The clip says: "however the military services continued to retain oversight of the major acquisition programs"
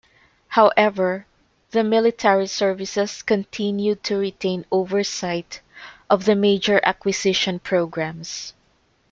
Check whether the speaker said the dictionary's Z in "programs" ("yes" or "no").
no